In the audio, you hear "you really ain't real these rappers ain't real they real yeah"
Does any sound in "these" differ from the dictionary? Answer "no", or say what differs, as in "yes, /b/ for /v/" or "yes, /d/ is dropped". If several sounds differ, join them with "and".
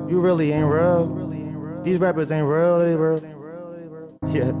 no